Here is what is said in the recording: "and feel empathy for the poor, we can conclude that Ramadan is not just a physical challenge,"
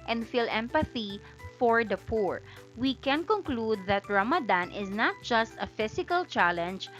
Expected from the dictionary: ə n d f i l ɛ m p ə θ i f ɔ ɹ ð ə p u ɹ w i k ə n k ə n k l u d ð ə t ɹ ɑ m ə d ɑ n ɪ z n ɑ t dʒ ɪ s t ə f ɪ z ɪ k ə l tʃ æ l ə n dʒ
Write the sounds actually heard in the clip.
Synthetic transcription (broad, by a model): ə n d f i l ɛ m p ə θ i f ɔ ɹ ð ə p u ɹ w i k ə n k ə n k l u d ð ə t ɹ ɑ m ə d ɑ n ɪ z n ɑ t dʒ ɪ s t ə f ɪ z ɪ k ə l tʃ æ l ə n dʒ